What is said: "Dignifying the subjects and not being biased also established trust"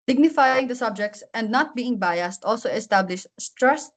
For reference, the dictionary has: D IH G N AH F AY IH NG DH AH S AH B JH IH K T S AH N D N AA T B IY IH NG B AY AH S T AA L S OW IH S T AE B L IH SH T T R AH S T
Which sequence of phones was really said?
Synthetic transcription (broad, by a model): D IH G N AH F AY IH NG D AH S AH B JH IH K T S AH N D N AA T B IY IH NG B AY AH S T AA L S OW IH S T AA B L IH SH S T R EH S